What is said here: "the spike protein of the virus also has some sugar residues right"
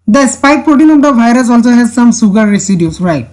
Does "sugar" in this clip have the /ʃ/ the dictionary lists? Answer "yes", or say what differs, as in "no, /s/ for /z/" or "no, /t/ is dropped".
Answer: no, /s/ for /ʃ/